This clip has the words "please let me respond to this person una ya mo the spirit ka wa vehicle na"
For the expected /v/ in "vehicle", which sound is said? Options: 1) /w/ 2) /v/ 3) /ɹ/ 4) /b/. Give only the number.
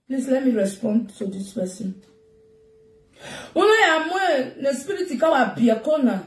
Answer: 4